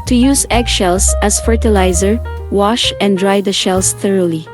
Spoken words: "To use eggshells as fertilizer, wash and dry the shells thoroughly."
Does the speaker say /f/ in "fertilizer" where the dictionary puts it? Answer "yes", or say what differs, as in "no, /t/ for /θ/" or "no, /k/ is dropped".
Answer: yes